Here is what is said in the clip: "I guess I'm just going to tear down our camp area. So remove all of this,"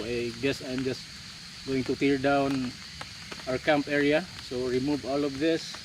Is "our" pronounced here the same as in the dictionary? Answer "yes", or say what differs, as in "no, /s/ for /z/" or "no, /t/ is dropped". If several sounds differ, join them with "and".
no, /w/ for /ɹ/